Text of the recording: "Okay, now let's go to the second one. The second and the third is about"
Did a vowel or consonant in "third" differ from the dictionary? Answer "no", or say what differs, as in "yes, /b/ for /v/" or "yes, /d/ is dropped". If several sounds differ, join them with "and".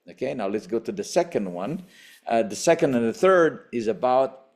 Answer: no